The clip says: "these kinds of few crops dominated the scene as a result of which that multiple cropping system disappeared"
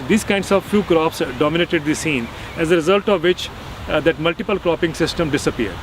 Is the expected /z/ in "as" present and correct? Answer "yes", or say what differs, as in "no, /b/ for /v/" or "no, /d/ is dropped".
yes